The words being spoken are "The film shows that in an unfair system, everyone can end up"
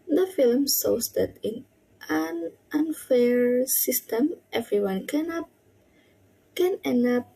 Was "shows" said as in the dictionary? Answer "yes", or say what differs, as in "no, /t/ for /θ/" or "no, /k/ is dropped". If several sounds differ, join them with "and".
no, /s/ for /ʃ/